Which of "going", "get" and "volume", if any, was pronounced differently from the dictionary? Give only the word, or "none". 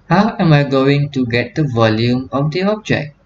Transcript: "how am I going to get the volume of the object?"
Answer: none